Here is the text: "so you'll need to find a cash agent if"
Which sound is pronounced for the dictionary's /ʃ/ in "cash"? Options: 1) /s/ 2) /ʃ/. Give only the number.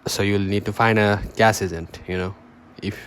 1